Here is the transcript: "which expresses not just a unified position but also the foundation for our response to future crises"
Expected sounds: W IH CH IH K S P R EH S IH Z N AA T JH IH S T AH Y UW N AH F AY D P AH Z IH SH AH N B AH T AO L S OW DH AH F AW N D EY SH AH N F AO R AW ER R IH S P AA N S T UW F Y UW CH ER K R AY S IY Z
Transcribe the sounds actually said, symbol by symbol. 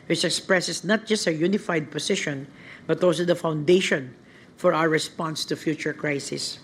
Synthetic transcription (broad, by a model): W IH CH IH K S P R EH S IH S N AA T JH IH S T AH Y UW N AH F AY D P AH S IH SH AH N B AH T AO L S OW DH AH F AW N D EY SH AH N F AO R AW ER R IH S P AA N S T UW F Y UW CH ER K R AY S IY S